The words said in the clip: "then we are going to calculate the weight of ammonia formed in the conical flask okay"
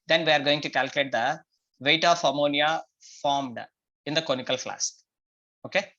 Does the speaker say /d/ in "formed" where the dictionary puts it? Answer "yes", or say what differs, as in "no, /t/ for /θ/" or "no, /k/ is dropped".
yes